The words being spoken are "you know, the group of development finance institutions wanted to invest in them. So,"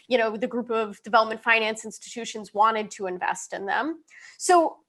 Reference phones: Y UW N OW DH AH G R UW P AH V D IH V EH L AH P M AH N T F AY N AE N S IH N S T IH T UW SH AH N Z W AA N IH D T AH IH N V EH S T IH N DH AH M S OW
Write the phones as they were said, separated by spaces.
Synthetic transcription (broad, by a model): Y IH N OW DH AH G R UW P AH V D IH V EH L AH P M AH N T F AY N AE N S IH N S T IH T UW SH AH N Z W AA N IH D T AH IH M V EH S T IH N DH AH M S OW